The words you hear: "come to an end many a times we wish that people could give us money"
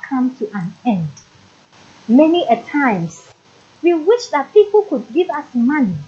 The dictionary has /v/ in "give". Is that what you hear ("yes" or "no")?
yes